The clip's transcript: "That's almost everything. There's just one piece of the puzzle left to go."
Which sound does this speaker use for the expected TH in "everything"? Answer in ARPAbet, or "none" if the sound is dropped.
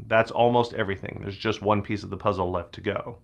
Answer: TH